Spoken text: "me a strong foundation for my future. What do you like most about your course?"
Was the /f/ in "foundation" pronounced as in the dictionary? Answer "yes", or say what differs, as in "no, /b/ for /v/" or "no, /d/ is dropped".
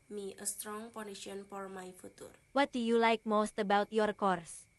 no, /p/ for /f/